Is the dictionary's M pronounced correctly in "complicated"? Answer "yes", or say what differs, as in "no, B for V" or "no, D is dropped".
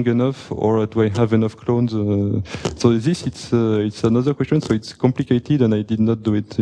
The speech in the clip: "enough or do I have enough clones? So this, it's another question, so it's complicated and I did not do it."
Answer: yes